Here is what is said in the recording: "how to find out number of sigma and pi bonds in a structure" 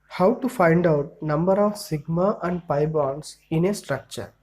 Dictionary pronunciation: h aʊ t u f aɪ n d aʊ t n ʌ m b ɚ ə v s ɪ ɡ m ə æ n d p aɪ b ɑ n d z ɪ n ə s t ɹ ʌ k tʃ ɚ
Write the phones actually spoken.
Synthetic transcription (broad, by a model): h aʊ t u f aɪ n d aʊ t n ʌ m b ɚ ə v s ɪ ɡ m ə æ n d p aɪ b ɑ n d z ɪ n ə s t ɹ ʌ k tʃ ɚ